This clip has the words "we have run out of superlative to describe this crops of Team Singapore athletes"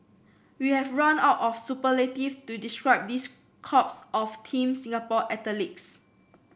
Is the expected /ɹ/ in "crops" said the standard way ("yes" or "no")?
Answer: no